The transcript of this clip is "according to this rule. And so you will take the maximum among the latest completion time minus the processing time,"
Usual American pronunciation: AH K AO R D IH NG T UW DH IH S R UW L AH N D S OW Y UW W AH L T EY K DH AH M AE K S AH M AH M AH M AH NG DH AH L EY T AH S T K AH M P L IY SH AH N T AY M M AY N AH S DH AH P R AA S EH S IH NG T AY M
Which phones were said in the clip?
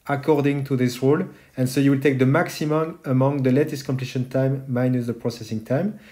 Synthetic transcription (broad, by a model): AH K AO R D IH NG T UW DH IH S R UW L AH N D S OW Y UW W AH L T EY K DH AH M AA K S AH M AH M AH M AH NG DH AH L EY T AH S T K AH M P L IY SH AH N T AY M M AY N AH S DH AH P R AA S EH S IH NG T AY M